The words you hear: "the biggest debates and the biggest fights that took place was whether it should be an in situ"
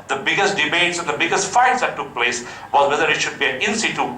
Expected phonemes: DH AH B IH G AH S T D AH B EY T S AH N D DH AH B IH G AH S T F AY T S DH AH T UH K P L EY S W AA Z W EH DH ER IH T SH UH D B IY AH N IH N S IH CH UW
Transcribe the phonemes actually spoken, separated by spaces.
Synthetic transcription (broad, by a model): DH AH B IH G AH S T D AH B EY T S AH N D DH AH B IH G AH S T F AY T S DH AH T UH K P L EY S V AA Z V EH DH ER IH T SH UH D B IY AH N IH N S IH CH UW